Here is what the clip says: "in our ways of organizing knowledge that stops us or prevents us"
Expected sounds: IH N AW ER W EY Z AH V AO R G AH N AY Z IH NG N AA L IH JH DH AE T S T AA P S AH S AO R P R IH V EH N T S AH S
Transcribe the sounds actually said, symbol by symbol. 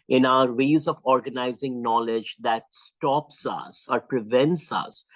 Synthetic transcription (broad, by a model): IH N AW ER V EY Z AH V AO R G AH N AY Z IH NG N AA L IH JH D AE T S T AA P S AH S AO R P R IH V EH N T S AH S